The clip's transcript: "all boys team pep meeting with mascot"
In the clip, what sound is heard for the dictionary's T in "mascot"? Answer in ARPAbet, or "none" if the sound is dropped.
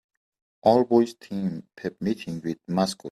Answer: none